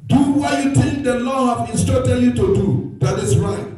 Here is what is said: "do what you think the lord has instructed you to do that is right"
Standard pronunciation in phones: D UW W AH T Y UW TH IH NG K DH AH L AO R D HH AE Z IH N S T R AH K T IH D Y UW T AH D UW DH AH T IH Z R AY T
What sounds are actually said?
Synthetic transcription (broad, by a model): D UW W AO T Y UW T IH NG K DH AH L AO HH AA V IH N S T AO T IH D Y UW T AH D UW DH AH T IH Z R AY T